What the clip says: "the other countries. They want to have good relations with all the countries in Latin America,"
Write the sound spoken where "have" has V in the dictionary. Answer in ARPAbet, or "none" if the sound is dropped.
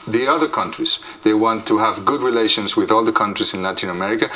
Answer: V